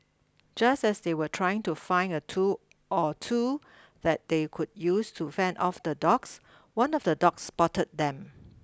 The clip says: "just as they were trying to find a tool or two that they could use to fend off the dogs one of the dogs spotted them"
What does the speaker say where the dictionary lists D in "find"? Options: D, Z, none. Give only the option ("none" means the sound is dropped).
none